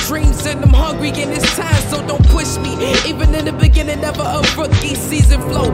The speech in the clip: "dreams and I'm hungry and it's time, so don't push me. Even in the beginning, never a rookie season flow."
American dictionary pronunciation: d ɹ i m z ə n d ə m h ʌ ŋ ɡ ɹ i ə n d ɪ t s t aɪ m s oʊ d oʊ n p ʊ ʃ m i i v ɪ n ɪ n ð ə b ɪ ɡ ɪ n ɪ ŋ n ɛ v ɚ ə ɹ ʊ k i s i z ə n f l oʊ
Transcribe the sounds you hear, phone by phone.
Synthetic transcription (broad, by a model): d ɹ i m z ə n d ə m h ʌ ŋ ɡ ɹ i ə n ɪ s t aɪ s s oʊ d oʊ n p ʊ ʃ m i i v ɪ n ɪ n ð ə b ɪ ɡ ɪ n ɪ ŋ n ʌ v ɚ ə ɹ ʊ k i s i z ə n f l oʊ